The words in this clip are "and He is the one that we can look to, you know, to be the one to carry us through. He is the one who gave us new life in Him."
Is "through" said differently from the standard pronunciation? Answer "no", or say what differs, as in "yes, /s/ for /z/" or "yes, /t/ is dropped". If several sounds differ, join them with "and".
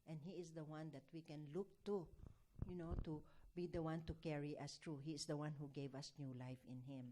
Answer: yes, /t/ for /θ/